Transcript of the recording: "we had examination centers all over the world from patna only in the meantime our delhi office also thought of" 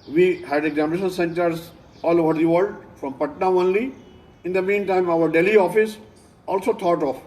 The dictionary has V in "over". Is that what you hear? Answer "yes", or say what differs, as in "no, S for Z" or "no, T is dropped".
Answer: yes